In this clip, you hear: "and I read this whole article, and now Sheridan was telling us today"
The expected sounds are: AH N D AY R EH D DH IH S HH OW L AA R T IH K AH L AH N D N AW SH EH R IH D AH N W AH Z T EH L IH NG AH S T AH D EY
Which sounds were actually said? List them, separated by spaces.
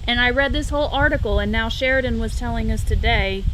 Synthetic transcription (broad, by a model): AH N AY R EH D DH IH S HH OW L AA R T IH K L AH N N AW SH EH R D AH N W AH Z T EH L IH NG AH S T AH D EY